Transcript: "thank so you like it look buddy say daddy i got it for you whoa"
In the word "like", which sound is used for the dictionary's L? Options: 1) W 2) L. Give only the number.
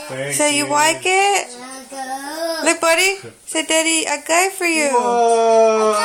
1